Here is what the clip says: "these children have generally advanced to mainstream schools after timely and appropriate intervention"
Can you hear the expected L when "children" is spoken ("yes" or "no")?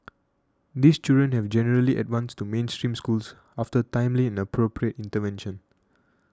no